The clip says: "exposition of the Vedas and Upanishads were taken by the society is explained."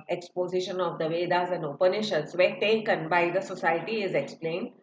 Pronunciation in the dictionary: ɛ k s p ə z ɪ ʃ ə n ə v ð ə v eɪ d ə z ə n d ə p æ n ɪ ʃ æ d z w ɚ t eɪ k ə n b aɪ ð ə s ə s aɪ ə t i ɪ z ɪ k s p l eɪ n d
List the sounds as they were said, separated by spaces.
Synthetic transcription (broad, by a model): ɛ k s p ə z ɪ ʃ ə n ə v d ə v eɪ d ə z ə n d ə p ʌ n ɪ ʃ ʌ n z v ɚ t eɪ k ə n b aɪ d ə s ə s aɪ ə t i ɪ z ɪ k s p l eɪ n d